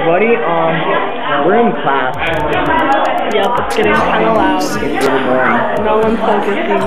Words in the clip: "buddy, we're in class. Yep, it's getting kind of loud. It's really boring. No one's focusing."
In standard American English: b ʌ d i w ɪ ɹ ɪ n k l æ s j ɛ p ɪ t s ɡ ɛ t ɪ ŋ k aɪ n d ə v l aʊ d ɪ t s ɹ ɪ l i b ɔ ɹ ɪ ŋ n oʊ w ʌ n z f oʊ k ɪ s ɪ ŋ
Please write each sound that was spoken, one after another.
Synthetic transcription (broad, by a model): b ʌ d i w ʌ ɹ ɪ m k l æ s j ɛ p ɪ t s ɡ ɛ t ɪ ŋ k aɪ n ə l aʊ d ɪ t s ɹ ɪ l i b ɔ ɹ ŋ n oʊ w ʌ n f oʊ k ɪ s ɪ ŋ